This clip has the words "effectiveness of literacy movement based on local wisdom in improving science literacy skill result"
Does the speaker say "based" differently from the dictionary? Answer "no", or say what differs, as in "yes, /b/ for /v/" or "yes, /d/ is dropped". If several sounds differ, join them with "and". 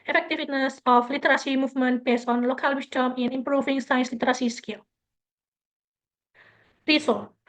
yes, /t/ is dropped